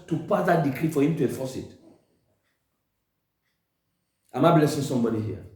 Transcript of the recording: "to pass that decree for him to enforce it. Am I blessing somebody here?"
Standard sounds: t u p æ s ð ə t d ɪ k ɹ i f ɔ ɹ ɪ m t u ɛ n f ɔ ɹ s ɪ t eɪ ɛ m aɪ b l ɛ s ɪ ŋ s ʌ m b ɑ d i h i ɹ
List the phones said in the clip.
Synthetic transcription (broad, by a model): t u p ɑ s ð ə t d ɪ k ɹ i f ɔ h ɪ m t u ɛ f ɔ s ɪ t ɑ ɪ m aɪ b l ɛ s ɪ ŋ s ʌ m b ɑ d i h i